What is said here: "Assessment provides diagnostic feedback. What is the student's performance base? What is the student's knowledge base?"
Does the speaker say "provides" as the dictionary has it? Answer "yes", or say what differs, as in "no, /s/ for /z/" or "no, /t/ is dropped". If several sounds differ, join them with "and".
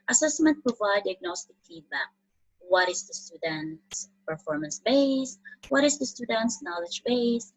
no, /z/ is dropped